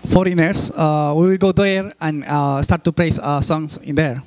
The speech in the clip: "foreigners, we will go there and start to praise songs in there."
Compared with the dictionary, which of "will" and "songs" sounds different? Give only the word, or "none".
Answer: songs